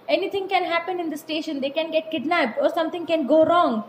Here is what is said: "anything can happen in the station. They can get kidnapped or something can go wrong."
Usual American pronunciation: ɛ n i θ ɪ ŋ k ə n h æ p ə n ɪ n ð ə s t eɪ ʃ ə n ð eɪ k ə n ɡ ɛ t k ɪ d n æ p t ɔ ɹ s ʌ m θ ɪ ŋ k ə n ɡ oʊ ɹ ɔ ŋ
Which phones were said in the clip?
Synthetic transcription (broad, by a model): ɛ n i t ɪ ŋ k ə n h æ p ə n ɪ n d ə s t eɪ ʃ ə n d eɪ k ə n ɡ ɛ t k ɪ d n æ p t ɔ ɹ s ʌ m t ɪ ŋ k ə n ɡ oʊ ɹ ɔ ŋ